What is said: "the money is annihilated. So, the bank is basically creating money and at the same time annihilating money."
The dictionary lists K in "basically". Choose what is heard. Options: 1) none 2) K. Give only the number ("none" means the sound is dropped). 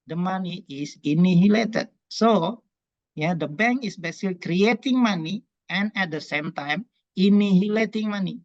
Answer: 1